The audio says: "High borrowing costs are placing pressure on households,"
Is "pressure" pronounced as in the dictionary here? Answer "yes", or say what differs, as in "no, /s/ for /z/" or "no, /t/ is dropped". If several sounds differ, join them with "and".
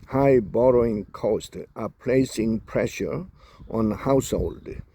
yes